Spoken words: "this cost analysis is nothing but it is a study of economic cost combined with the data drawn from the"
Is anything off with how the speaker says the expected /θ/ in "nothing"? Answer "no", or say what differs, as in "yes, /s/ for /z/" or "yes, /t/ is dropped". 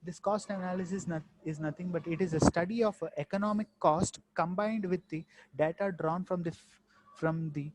yes, /t/ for /θ/